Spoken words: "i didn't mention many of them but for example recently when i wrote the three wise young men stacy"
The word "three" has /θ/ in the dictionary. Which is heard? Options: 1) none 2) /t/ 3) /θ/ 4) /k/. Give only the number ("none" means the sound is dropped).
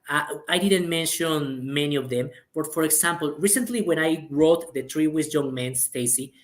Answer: 2